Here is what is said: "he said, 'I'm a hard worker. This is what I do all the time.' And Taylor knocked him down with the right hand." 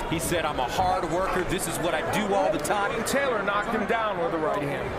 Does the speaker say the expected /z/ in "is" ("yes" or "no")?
yes